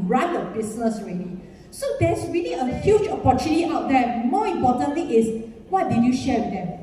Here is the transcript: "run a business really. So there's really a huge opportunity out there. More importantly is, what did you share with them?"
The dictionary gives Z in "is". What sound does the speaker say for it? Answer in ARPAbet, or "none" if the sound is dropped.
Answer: S